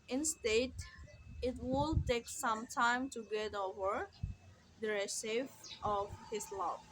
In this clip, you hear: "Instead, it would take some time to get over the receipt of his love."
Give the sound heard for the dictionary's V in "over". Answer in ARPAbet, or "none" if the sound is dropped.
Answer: V